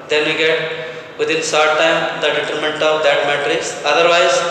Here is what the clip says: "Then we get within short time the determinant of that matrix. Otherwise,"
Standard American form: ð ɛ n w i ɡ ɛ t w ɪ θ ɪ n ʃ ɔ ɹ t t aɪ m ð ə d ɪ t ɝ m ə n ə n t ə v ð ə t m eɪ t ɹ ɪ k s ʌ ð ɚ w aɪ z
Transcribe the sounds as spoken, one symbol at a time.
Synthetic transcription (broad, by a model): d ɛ n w i ɡ ɛ t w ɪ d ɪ n s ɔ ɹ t t aɪ m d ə d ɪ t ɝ m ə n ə n t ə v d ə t m eɪ t ɹ ɪ k s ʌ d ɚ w aɪ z